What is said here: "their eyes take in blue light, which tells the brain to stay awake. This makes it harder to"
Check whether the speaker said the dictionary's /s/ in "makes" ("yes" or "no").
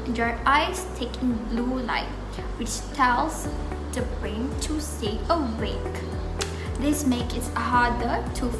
no